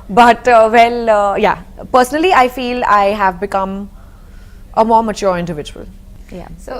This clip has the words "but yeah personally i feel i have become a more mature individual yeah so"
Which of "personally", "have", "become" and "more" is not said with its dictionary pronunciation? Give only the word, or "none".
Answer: none